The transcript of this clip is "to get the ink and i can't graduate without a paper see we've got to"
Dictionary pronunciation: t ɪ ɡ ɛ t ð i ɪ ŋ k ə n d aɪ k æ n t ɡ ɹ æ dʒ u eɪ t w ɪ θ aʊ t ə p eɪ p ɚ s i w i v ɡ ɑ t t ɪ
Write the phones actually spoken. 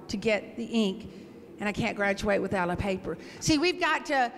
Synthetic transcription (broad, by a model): t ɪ ɡ ɛ t ð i ɪ ŋ k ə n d aɪ k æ n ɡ ɹ æ tʃ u eɪ t w ɪ θ aʊ t ə p eɪ p ɚ s i w i v ɡ ɑ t t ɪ